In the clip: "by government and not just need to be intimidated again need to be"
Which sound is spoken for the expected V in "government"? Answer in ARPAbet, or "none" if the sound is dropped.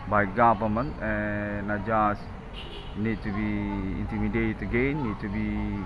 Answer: P